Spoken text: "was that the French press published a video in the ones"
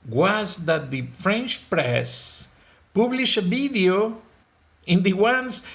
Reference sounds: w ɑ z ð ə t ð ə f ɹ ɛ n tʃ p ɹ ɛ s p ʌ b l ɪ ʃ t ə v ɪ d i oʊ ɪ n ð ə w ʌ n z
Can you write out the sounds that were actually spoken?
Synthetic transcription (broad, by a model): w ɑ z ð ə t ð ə f ɹ ɛ n tʃ p ɹ ɛ s p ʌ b l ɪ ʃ ə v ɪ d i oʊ ɪ n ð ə w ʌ n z